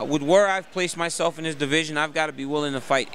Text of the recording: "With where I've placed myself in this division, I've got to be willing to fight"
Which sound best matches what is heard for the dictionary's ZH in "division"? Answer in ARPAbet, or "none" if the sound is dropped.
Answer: ZH